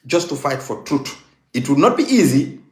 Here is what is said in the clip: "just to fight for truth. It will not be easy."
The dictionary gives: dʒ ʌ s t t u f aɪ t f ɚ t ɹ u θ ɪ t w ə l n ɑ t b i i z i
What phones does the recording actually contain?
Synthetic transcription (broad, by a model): dʒ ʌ s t t u f aɪ t f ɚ t ɹ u t ɪ t w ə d n ɑ t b i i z i